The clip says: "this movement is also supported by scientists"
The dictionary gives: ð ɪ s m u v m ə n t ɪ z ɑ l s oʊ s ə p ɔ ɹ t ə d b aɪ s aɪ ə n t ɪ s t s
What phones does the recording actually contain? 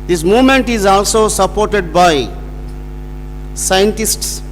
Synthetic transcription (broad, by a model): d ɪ s m u v m ə n t ɪ z ɑ l s oʊ s ə p ɔ ɹ t ə d b aɪ s aɪ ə n t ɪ s t s